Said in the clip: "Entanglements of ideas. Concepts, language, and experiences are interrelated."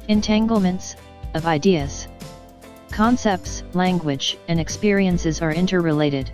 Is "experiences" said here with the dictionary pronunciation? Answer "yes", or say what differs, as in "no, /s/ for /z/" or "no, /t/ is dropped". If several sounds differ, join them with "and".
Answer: yes